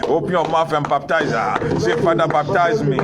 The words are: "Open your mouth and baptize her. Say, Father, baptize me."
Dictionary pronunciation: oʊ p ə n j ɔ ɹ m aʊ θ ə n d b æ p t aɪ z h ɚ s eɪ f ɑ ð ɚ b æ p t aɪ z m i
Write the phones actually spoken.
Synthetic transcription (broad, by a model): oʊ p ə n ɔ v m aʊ f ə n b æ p t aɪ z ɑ s eɪ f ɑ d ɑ b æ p t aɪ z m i